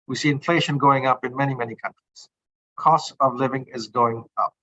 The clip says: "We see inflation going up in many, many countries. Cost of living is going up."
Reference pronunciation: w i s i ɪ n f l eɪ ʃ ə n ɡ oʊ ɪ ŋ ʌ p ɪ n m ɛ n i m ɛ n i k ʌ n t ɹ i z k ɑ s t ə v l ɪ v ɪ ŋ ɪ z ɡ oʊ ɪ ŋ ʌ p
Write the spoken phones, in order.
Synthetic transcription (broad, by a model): w i s i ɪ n f l eɪ ʃ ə n ɡ oʊ ɪ ŋ ʌ p ɪ n m ɛ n i m ɛ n i k ʌ n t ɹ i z k ɑ s t ə v l ɪ v ɪ ŋ ɪ z ɡ oʊ ɪ ŋ ʌ p